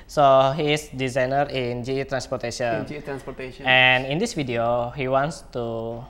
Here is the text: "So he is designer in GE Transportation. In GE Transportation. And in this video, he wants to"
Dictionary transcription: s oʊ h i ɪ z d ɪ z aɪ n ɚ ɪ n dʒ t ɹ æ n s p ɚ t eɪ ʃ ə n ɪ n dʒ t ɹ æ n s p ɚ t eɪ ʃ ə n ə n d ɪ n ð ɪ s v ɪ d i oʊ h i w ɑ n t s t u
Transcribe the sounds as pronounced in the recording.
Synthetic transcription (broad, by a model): s oʊ h i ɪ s d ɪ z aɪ n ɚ ɪ n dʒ t ɹ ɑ n s p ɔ t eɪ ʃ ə ɪ n dʒ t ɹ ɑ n s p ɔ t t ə ə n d ɪ n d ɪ s f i d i oʊ h i w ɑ n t s t u